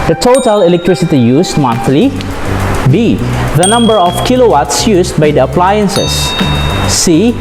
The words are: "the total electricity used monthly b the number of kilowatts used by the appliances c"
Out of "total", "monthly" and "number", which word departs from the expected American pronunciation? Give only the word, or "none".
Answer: monthly